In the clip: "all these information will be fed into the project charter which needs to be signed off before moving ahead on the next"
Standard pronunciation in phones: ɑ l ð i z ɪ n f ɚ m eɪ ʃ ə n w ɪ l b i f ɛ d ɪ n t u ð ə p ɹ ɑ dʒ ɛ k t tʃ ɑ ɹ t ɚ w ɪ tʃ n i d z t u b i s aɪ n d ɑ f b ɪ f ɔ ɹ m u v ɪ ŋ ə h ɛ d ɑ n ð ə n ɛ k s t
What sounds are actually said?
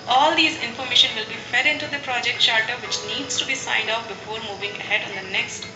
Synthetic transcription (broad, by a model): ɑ l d i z ɪ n f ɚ m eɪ ʃ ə n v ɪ l b i f ɛ d ɪ n t u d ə p ɹ ɑ dʒ ɛ k t ʃ ɑ ɹ t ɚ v ɪ tʃ n i d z t u b i s aɪ n d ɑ p b ɪ f ɔ ɹ m u v ɪ ŋ ə h ɛ d ɑ n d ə n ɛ k s t